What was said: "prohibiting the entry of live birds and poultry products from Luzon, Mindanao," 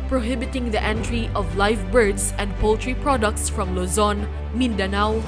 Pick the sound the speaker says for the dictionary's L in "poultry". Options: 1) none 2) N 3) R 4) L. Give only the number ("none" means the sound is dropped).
4